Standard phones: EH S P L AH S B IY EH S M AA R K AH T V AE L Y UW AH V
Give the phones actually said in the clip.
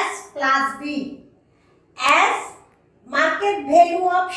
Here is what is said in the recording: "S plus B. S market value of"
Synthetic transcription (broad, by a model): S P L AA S B IY EH S M AA R K AH T B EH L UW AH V